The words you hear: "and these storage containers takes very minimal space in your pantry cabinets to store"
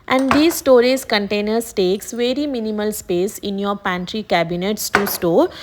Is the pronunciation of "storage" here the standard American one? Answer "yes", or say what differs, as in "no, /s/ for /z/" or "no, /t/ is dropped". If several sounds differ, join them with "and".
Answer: no, /z/ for /dʒ/